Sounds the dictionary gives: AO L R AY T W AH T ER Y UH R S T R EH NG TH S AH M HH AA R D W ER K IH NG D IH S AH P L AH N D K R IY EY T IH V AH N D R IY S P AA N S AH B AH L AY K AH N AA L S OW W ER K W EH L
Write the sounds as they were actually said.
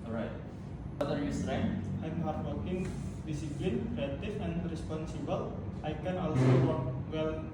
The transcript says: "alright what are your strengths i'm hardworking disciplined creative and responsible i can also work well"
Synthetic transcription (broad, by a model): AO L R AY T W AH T ER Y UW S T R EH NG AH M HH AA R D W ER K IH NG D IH S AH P L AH N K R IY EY T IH F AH N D R IY S P AA N S AH B AH L AY K AH N AA L S OW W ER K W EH L